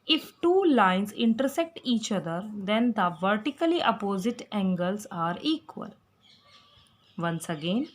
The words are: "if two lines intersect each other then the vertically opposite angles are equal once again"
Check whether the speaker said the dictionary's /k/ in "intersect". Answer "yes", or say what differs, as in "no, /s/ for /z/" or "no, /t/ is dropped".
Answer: yes